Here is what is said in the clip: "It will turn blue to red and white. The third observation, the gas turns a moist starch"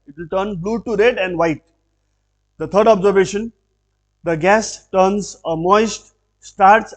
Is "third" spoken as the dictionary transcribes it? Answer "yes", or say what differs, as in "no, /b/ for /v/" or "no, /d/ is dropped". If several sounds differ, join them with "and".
no, /t/ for /θ/